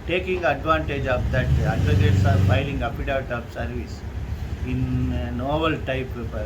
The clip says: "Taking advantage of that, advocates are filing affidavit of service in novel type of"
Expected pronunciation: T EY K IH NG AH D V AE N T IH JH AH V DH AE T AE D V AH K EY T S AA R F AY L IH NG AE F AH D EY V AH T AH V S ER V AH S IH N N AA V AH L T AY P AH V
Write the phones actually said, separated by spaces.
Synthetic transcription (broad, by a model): T EY K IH NG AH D V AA N T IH JH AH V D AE T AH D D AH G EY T S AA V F AY L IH NG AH P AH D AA AH T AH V S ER V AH S IH N N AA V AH L T AY P